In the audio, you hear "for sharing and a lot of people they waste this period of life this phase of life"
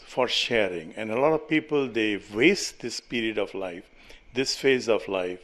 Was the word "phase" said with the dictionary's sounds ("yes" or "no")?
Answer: yes